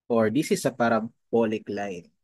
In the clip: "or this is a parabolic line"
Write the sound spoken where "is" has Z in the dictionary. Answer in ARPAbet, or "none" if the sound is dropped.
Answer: S